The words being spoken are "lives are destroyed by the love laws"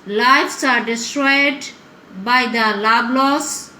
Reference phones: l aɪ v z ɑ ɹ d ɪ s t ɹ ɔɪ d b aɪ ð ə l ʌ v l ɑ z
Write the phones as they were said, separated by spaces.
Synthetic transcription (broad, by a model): l aɪ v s ɑ ɹ d ɪ s t ɹ ɔɪ d b aɪ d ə l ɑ b l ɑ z